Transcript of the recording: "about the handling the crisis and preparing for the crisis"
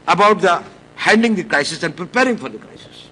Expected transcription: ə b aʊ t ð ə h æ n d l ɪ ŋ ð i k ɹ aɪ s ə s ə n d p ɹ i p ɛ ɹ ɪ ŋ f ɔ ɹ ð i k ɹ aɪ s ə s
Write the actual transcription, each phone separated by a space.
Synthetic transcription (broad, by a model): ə b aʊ t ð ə h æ n d ɪ ŋ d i k ɹ aɪ s ə s ə n d p ɹ i p ɛ ɹ ɪ ŋ f ɔ ɹ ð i k ɹ aɪ s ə s